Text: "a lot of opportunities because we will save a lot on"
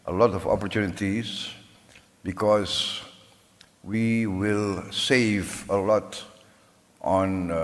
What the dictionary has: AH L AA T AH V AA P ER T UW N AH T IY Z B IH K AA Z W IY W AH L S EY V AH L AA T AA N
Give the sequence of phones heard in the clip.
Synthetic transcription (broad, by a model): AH L AA T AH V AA P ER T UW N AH T IY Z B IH K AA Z W IY W AH L S EY V AH L AA T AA N